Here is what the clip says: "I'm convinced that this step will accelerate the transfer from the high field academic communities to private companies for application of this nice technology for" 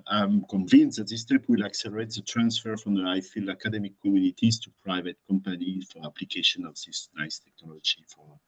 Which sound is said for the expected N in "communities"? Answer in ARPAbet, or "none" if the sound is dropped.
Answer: L